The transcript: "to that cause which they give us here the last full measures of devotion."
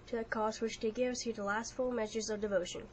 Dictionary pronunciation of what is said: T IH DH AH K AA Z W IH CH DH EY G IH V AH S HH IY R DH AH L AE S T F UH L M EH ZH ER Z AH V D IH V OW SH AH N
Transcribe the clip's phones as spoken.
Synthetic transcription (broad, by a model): T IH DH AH K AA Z W IH CH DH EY G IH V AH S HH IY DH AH L AE S T F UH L M EH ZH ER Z AH V D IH V OW SH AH N